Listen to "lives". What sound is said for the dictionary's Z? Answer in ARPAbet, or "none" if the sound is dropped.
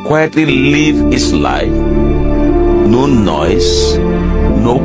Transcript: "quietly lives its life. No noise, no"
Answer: none